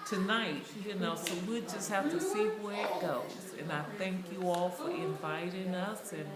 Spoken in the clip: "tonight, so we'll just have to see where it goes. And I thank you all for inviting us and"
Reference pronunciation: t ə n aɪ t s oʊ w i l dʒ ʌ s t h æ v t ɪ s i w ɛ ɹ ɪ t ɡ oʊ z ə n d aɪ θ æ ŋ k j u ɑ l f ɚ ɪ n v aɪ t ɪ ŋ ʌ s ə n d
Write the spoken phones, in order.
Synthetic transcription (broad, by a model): t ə n aɪ t s oʊ w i dʒ ʌ s t h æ f t ɪ s i w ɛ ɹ ɪ t ɡ oʊ z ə n aɪ θ æ ŋ k j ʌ ɑ l f ɚ ɪ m v aɪ t ɪ ŋ ʌ s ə n